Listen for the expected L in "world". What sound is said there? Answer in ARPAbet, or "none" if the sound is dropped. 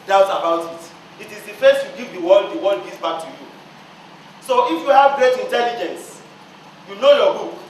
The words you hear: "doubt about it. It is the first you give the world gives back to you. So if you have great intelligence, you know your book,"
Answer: W